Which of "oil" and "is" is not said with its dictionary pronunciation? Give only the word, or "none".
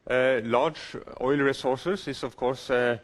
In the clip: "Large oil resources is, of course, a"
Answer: is